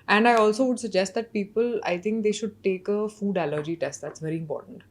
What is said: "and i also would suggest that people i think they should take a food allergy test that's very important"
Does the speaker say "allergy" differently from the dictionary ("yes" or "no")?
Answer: no